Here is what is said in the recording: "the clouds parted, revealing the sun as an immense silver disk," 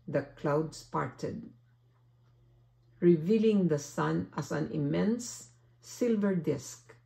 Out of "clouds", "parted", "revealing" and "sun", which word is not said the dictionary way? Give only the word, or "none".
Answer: clouds